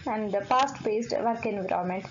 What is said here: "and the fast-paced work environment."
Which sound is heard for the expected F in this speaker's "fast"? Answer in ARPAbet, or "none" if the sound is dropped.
P